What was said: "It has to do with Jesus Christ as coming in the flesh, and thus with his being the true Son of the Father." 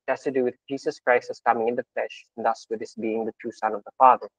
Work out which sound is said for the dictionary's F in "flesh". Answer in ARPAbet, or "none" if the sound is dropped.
F